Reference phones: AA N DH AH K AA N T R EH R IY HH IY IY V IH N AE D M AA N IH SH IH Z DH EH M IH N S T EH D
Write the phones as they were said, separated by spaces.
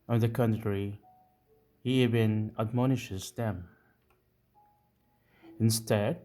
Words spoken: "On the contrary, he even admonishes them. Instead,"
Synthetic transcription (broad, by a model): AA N DH AH K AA N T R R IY HH IY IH B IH N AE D M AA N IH SH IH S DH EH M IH N S T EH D